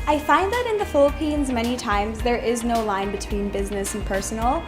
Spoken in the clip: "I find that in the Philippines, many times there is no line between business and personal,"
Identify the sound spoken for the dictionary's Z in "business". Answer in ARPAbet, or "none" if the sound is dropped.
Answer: Z